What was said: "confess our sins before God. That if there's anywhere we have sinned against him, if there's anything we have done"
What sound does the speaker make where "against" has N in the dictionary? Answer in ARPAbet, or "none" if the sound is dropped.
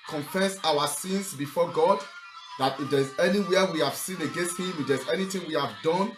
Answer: N